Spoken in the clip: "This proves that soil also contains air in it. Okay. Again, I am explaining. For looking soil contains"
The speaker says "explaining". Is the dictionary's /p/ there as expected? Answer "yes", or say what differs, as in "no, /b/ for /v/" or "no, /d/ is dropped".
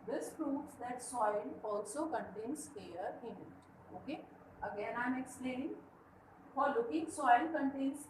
no, /p/ is dropped